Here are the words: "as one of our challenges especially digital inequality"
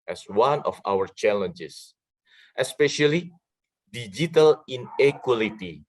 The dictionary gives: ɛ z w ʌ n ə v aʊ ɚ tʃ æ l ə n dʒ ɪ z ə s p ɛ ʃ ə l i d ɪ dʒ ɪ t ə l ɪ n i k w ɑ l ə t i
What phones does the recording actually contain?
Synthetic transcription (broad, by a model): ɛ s w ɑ n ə f aʊ ɚ tʃ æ l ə n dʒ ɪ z ə s p ɛ ʃ ə l i d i dʒ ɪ t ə l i n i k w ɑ l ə t i